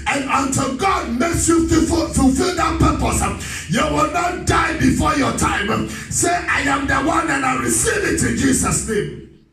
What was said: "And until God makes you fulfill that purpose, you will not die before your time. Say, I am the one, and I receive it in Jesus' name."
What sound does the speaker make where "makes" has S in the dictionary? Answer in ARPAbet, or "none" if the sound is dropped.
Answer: S